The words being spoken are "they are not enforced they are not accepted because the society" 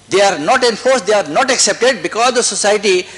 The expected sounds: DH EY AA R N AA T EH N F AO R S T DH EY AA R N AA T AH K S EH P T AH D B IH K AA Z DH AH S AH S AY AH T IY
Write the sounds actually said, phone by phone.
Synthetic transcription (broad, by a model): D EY AA R N AA T EH N F AO R S T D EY AA R N AA T AH K S EH P T AH D B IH K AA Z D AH S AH S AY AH T IY